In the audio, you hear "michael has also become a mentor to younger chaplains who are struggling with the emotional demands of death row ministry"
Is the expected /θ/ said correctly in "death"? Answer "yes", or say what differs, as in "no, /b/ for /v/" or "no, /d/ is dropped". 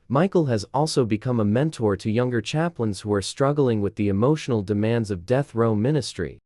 yes